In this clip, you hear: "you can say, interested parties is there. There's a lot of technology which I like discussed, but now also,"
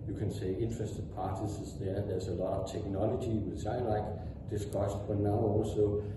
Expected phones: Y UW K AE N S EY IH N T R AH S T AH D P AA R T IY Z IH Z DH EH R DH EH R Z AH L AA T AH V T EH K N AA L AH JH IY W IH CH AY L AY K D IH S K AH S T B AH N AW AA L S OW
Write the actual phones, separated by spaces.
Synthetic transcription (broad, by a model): Y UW K AE N S EY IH N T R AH S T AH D P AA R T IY S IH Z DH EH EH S AH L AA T AH V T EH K N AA L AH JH IY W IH S AY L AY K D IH S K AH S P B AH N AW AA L S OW